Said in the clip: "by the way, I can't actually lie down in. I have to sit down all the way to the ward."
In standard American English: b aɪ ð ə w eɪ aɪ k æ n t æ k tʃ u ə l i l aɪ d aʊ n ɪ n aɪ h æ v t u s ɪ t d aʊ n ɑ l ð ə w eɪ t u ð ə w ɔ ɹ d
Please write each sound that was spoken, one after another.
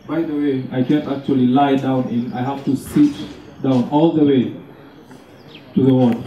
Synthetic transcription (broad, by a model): b aɪ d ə w eɪ aɪ k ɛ n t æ k tʃ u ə l i l aɪ d aʊ n ɪ n aɪ h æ f t u s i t d aʊ n ɑ l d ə w eɪ t u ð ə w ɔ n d